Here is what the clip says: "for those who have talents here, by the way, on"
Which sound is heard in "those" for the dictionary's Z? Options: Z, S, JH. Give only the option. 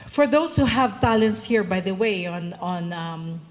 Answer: S